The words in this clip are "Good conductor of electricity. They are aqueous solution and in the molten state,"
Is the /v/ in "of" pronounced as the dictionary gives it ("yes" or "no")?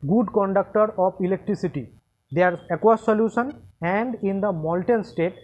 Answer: no